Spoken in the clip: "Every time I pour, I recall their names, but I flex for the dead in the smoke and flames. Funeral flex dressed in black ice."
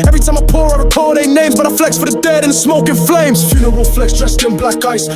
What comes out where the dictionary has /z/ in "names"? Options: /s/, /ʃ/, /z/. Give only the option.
/z/